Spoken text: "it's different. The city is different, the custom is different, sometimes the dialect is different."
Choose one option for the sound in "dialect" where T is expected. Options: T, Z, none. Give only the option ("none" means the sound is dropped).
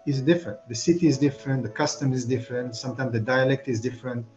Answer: T